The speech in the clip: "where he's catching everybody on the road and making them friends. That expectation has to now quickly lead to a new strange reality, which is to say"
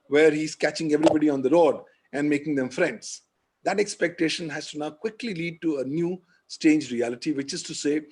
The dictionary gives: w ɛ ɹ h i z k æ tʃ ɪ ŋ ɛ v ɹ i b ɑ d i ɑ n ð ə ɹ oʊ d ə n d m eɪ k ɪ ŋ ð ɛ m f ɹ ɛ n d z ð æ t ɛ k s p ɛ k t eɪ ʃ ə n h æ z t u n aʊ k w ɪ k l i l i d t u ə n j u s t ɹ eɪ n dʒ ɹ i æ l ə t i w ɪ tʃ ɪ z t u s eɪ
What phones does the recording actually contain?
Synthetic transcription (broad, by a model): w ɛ ɹ h i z k æ tʃ ɪ ŋ ɛ v ɹ i b ɑ d i ɑ n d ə ɹ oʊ d ə n d m eɪ k ɪ ŋ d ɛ m f ɹ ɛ n d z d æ t ɛ k s p ɛ k t eɪ ʃ ə n h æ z t u n aʊ k w ɪ k l i l i d t u ə n j u s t eɪ n dʒ ɹ i æ l ə t i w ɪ tʃ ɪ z t u s eɪ